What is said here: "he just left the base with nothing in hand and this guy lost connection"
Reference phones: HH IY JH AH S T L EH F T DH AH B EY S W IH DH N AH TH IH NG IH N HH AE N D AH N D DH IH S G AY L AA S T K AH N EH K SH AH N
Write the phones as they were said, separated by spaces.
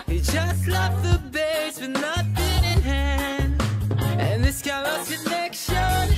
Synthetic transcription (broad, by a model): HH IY JH AH S T L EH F DH AH B EY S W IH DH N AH T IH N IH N HH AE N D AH N DH IH S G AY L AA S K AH N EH K SH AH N